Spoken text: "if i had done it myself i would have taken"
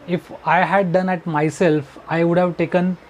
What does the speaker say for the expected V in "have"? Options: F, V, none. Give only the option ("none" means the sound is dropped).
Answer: V